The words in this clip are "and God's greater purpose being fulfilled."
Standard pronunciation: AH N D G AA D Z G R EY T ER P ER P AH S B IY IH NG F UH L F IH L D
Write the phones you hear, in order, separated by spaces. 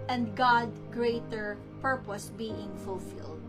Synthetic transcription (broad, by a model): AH N D G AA D G R EY T ER P ER P AH S B IY IH NG F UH L F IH L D